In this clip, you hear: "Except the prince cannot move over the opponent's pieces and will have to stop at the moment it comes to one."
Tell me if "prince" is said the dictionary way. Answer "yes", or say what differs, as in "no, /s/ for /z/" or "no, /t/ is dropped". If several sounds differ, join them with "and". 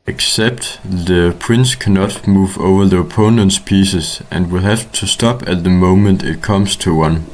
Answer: yes